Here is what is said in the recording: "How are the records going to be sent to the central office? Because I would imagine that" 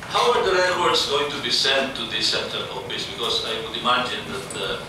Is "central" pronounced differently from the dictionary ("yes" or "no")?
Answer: yes